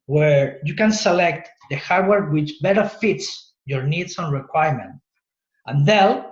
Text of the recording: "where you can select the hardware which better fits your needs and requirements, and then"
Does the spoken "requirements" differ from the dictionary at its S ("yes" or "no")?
yes